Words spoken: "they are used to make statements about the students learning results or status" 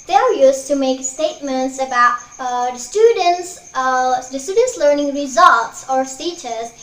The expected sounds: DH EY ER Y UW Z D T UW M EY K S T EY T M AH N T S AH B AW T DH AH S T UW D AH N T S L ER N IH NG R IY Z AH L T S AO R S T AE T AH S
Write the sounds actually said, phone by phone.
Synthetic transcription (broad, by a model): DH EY ER Y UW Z T UW M EY K S T EY T M AH N T S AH B AW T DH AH S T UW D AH N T S L ER N IH NG R IY Z AH L T S AO R S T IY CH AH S